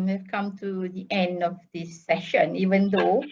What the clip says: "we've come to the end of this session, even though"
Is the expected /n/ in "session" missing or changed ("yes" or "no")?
no